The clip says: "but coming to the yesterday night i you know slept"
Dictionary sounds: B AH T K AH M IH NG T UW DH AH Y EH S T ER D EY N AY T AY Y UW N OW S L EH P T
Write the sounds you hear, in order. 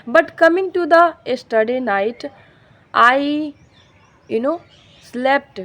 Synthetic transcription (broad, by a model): B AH T K AH M IH NG T UW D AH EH S T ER D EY N AY T AY Y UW N OW S L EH P T